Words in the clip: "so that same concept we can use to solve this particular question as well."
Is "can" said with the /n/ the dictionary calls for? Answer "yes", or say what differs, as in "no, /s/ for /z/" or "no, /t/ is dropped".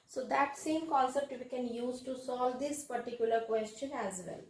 yes